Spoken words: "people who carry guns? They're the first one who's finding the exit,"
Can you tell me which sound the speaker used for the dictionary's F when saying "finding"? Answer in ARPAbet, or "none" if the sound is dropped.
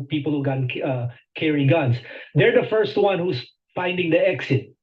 F